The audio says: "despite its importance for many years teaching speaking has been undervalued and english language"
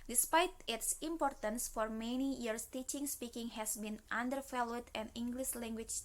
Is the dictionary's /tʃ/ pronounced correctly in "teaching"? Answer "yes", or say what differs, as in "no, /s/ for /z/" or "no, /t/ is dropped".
yes